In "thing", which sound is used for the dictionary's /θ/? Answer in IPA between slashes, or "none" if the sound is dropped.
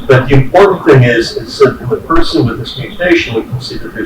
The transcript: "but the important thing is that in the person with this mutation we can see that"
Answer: /θ/